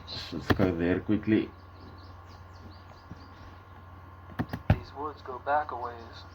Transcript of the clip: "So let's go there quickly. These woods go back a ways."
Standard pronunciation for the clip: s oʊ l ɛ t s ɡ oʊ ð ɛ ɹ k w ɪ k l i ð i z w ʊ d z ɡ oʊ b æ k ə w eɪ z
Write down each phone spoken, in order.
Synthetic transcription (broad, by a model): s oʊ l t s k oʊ ð ɛ ɹ k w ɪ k l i ð i z w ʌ d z ɡ oʊ b æ k ə w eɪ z